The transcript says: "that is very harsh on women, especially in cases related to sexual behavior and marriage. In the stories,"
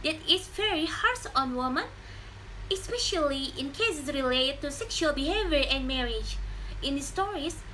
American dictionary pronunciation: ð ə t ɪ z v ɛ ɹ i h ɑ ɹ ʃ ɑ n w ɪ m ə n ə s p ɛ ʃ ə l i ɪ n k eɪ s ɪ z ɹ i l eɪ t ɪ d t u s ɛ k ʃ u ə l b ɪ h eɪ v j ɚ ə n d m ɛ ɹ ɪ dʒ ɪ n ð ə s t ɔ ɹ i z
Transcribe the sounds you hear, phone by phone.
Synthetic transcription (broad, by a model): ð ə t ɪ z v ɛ ɹ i h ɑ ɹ s ɑ n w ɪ m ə n ə s p ɛ ʃ ə l i ɪ n k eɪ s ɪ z ɹ i l eɪ t ɪ d t u s ɛ k ʃ u ə l b ɪ h eɪ v j ɚ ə n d m ɛ ɹ ɪ dʒ ɪ n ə s t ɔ ɹ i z